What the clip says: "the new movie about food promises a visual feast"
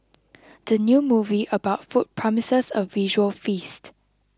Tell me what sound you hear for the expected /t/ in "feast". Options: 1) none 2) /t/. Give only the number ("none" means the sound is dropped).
2